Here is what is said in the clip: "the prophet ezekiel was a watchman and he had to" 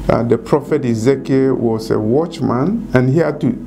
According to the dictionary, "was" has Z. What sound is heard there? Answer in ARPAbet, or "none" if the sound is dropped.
S